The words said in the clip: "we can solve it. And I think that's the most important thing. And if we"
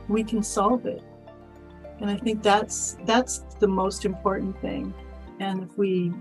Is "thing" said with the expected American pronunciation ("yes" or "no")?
yes